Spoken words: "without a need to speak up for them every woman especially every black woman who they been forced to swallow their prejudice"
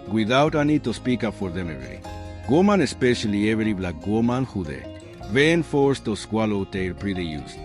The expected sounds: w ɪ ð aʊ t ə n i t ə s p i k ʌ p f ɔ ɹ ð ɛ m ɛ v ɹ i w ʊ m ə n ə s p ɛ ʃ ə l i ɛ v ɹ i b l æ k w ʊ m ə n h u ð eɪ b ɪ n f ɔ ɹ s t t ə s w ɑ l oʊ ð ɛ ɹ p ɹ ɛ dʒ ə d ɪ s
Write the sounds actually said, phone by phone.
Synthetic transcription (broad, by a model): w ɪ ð aʊ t ə n i t ə s p i k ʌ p f ɔ ɹ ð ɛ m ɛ ɹ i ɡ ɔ m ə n ə s p ɛ ʃ ə l i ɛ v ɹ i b l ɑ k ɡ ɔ m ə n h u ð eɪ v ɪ n f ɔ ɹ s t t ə s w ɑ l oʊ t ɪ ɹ p ɹ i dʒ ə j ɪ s